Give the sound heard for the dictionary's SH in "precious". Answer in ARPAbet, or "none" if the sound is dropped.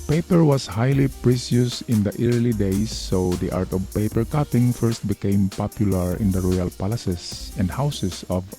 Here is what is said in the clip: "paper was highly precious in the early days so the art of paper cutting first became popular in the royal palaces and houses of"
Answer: S